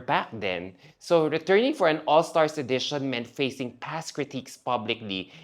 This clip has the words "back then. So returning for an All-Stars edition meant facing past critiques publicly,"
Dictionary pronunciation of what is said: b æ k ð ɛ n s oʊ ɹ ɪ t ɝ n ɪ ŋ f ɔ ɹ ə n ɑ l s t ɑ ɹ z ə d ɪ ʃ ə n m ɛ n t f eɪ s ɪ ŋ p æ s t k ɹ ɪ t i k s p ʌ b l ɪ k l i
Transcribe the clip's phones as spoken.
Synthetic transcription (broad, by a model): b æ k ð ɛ n s oʊ ɹ ɪ t ɝ n ɪ ŋ f ɔ ɹ ə n ɑ l s t ɑ ɹ s ə d ɪ ʃ ə n m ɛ n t f eɪ s ɪ ŋ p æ s k ɹ ɪ t i k s p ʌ b l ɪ k l i